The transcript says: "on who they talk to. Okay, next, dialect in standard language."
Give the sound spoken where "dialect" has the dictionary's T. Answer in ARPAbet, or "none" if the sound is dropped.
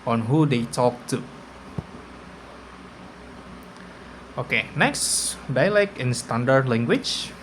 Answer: none